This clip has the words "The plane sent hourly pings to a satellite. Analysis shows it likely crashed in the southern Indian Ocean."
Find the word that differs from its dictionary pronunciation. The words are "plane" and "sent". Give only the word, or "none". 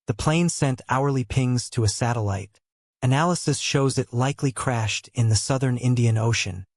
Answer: none